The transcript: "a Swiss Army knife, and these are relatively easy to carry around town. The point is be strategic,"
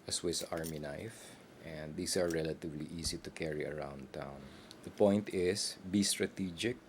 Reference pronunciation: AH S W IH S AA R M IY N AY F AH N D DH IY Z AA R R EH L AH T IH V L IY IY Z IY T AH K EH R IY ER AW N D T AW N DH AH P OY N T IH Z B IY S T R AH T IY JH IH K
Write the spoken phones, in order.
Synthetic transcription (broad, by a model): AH S W IH S AA R M IY N AY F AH N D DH IY S AA R R EH L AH T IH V L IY IY S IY T AH K EH R IY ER AW N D T AW N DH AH P OY N T IH S B IY S T R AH T IY JH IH K